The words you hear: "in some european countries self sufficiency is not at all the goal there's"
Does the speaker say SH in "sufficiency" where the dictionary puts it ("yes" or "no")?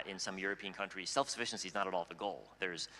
yes